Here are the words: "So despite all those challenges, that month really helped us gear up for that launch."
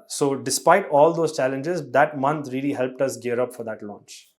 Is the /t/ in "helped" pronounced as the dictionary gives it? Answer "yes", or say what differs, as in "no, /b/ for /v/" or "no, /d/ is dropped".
yes